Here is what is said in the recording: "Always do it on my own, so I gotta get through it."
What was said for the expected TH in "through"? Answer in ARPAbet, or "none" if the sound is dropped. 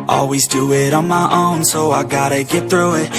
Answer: TH